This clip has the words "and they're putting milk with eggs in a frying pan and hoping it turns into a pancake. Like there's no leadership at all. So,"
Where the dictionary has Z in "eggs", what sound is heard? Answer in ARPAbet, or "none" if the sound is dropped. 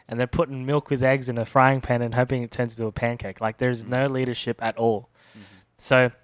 Z